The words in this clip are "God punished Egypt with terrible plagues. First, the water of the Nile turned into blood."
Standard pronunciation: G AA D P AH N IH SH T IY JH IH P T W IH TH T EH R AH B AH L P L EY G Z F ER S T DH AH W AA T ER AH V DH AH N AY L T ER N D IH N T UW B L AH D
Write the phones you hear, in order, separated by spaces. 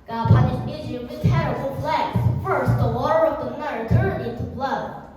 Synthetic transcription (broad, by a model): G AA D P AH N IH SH IH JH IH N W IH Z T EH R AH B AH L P L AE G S F ER S T DH AH W AA T ER AH V DH AH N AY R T ER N IH N T UW B L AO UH